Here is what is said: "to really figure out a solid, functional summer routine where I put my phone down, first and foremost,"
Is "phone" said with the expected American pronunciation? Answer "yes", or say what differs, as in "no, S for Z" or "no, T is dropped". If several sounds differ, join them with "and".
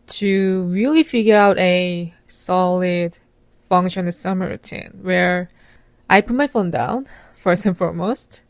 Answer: yes